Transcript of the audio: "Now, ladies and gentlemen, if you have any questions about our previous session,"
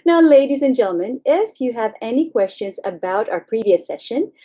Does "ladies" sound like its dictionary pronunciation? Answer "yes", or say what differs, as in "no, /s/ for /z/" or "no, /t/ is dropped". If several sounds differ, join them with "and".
yes